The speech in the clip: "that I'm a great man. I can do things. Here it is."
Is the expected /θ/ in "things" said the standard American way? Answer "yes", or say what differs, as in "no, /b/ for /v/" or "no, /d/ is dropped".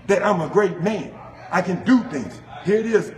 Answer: yes